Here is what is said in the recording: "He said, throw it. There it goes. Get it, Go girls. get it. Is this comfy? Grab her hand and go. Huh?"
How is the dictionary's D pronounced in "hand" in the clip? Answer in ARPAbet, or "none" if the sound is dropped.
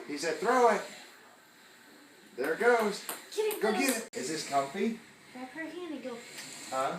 none